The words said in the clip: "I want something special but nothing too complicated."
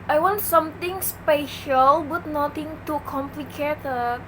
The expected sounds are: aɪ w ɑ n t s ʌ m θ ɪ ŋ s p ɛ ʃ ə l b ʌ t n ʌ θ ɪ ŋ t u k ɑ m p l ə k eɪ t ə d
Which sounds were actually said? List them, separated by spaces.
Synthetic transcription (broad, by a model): aɪ w ɑ n t s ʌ m t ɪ ŋ s p ɛ ʃ ə l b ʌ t n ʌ t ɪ ŋ t u k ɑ m p l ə k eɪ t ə